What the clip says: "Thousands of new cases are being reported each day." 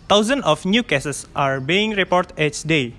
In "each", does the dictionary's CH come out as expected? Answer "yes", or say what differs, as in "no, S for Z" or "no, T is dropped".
no, S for CH